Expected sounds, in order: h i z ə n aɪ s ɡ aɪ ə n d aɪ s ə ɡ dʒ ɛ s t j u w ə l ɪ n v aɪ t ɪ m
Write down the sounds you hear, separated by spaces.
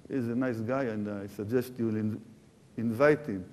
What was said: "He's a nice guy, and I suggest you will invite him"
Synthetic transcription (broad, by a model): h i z ə n aɪ s ɡ aɪ ə n d aɪ s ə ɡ dʒ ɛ s t j u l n ɪ n v aɪ t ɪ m